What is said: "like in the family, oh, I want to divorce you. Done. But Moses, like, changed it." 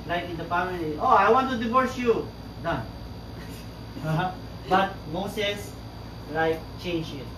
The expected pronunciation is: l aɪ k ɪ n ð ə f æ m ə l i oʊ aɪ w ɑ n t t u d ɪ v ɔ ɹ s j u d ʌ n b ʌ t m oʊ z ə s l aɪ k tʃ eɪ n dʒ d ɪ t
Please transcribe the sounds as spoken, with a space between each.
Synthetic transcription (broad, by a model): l aɪ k ɪ n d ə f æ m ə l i oʊ aɪ w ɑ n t t u d ɪ v ɔ ɹ s j u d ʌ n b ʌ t m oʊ s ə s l aɪ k tʃ eɪ n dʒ ɪ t